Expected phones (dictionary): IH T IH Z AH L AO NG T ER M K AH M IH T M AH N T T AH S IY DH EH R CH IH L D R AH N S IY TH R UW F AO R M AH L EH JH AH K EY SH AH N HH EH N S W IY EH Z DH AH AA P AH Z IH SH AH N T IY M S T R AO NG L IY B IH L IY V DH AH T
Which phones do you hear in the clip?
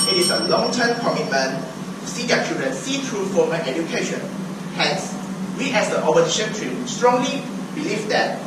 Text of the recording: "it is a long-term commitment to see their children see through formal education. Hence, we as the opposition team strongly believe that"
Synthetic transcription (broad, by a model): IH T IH S AH L AO NG T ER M K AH M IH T M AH N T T S IY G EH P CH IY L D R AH N S IY T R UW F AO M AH N EH JH AH K EY SH AH N HH EH N S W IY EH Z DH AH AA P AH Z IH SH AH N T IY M S T R AO NG L IY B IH L IY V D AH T